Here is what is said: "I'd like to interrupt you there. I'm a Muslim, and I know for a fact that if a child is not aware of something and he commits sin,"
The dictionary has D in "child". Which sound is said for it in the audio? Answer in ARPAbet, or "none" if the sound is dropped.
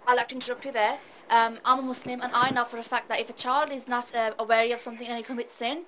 D